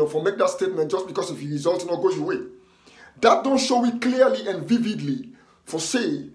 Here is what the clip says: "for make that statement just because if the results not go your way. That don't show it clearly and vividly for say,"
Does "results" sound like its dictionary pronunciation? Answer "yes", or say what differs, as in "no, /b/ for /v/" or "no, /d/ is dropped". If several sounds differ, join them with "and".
no, /s/ is dropped